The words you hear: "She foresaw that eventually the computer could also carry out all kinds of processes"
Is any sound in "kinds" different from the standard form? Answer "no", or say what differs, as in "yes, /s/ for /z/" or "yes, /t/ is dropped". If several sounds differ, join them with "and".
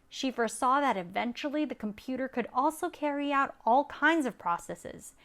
no